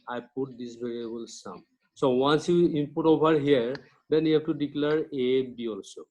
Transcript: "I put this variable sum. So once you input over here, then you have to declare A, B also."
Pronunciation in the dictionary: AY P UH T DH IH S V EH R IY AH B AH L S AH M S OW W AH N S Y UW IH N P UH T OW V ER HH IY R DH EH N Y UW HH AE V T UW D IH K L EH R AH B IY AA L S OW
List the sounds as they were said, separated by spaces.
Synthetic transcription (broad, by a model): AY P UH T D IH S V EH R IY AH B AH L S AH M S OW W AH N S Y UW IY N P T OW B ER HH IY R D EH N Y UW HH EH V T UW D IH K L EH R AH B IY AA L S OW